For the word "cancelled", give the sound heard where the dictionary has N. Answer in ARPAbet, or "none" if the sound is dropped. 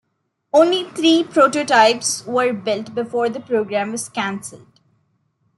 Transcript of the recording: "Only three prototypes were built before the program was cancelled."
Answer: N